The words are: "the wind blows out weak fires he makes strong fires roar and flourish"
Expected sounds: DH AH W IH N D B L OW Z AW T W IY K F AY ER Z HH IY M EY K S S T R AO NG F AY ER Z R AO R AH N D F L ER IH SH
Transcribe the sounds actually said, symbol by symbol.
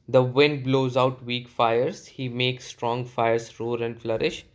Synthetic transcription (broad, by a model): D AH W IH N D B L OW Z AW T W IY K F AY ER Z HH IY M EY K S S T R AO NG F AY ER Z R AO R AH N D F L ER IH SH